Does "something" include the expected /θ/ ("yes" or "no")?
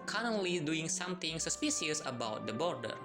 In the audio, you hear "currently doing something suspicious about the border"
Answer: no